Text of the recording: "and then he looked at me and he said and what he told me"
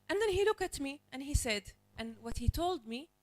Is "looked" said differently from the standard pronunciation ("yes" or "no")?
yes